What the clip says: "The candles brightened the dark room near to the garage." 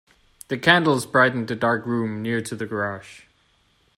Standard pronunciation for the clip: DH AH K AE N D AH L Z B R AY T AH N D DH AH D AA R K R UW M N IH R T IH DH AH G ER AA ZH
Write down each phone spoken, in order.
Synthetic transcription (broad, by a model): DH AH K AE N D L Z B R AY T N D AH D AA R K R UW M N IH R T IH DH AH G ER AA SH